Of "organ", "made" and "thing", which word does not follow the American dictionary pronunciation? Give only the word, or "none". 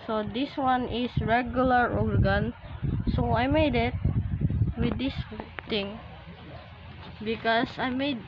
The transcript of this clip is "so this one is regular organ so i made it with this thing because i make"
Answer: thing